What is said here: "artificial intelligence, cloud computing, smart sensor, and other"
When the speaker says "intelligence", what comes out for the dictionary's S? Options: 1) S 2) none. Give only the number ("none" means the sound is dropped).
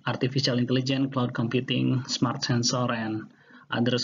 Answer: 2